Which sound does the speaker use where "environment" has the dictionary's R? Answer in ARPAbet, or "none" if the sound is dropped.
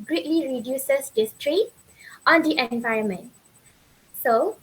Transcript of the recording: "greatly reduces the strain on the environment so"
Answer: none